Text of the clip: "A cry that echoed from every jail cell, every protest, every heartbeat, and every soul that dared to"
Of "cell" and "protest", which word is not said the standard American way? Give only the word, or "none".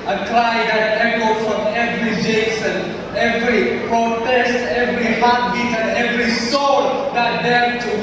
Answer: cell